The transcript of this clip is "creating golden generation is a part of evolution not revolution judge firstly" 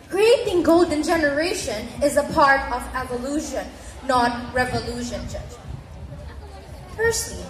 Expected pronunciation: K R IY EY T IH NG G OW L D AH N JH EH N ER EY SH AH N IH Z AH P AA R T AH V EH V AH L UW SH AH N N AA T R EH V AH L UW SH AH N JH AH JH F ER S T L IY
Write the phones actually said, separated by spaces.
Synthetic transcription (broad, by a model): K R IY EY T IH NG G OW L D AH N JH EH N ER EY SH AH N IH Z AH P AA R T AH V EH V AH L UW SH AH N N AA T R EH V AH L UW SH AH N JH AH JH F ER S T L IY